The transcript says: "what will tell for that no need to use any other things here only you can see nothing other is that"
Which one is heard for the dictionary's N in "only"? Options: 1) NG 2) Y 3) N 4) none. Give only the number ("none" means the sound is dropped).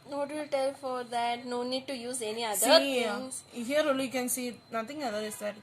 4